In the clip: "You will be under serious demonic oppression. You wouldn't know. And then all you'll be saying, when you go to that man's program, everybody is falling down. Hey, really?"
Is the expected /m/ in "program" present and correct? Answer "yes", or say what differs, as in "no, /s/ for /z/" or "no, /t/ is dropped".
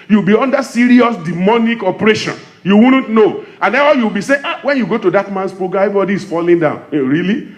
no, /m/ is dropped